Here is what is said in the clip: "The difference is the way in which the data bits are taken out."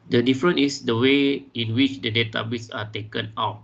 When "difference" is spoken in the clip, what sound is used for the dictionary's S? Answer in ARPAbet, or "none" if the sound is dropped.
none